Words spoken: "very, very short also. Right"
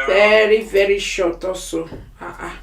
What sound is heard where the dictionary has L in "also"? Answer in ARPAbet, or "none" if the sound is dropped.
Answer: none